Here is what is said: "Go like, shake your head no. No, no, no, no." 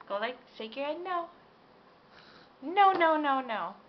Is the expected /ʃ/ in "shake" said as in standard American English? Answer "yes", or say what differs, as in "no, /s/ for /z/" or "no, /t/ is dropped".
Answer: no, /s/ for /ʃ/